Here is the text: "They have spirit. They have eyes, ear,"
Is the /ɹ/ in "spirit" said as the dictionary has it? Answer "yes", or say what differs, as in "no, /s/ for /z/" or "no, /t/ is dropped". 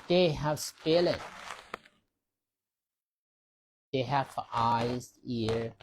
no, /l/ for /ɹ/